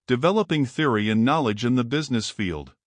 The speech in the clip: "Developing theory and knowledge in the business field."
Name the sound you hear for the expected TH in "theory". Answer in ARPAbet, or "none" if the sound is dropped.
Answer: TH